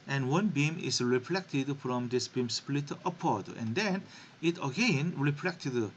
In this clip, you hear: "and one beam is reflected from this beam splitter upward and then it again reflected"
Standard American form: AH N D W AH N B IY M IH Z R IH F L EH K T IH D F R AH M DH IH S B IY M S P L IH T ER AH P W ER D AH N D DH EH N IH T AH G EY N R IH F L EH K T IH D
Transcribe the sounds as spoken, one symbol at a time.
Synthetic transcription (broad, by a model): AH N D W AH N B IY M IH S R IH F L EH K T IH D F R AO M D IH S B IY M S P L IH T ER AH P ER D AH N D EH N IH T AH G EY N R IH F L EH K T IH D